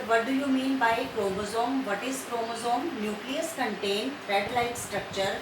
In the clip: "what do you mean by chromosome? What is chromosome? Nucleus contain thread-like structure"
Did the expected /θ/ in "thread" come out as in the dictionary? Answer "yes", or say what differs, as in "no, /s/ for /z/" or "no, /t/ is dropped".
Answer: no, /f/ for /θ/